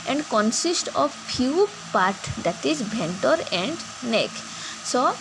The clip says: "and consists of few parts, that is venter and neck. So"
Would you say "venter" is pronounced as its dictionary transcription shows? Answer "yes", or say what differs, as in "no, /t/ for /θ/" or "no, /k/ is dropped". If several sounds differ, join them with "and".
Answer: no, /b/ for /v/